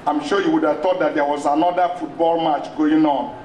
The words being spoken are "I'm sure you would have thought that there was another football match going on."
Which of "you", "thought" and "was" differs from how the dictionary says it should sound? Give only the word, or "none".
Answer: thought